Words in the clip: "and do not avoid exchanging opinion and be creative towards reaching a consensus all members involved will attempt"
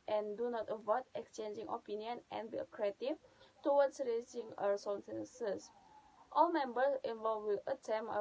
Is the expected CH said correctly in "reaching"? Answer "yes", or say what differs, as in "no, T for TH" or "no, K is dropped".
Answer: no, S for CH